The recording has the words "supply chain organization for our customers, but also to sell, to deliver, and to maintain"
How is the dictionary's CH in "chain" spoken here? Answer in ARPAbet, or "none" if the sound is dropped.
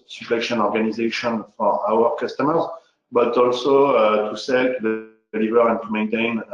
SH